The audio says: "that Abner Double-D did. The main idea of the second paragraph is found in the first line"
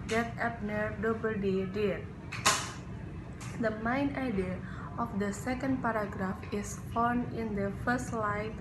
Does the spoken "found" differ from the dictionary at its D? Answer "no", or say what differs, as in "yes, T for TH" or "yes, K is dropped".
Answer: yes, D is dropped